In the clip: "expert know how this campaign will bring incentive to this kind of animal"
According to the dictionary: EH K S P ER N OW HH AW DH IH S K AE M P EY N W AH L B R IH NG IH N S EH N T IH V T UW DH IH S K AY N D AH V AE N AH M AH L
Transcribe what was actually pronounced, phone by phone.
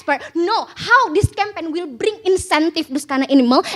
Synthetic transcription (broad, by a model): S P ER N OW HH AW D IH S K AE M P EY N W AH L B R IH NG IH N S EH N T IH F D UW S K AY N AH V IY N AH M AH L